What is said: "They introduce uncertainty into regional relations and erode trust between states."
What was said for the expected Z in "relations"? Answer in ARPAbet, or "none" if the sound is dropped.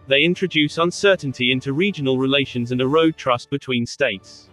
Z